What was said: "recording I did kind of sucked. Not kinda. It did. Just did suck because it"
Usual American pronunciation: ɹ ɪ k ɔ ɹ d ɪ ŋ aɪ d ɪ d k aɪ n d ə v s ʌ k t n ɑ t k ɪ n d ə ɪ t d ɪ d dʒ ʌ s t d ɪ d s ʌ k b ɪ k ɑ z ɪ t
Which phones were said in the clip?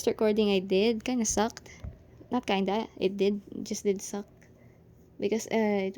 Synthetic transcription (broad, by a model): ɹ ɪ k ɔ ɹ d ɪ ŋ aɪ d ɪ d k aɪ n ə s ʌ k t n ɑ t k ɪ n d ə ɪ t d ɪ d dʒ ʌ s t d ɪ d s ʌ k b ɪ k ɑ s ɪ t